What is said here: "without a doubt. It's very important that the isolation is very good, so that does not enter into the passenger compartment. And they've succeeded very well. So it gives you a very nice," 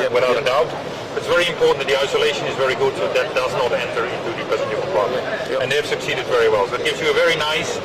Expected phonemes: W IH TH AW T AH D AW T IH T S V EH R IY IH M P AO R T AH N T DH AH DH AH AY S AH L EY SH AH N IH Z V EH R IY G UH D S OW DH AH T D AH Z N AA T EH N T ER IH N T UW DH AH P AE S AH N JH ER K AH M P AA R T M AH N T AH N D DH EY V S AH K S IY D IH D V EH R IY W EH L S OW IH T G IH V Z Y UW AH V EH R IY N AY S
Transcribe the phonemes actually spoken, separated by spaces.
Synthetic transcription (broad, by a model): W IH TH AW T AH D AW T IH T S V EH R IY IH M P AO R T N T DH AH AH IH S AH L EY SH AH N IH Z V EH R IY G UH D S OW DH AH T D AH Z N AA T EH N T ER IH N T UW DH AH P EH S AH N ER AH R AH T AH N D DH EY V S AH K S IY D IH D V EH R IY W EH L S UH IH T G IH V Z Y AH V EH R IY N AY S